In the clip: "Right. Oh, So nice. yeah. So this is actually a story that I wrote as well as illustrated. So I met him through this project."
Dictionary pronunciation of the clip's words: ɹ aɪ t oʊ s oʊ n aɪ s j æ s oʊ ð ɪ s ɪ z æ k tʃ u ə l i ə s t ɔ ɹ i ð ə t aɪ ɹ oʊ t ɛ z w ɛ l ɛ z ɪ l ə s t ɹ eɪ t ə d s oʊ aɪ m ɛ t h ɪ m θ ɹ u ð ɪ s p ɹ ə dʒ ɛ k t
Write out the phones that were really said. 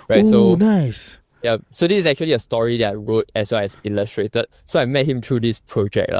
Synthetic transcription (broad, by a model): ɹ aɪ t s oʊ n aɪ s j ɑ s oʊ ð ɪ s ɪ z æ k tʃ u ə l i ə s t ɔ ɹ i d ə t aɪ ɹ oʊ t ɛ s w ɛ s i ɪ l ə s t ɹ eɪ t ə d s oʊ aɪ m ɛ t h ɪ m t ɹ u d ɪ s p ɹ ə dʒ ɛ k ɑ